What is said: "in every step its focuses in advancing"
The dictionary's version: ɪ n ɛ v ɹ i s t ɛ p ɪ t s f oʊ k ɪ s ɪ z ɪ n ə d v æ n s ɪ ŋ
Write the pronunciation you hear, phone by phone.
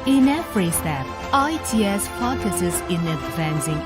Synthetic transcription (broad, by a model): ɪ n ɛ f ɹ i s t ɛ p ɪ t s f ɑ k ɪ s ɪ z ɪ n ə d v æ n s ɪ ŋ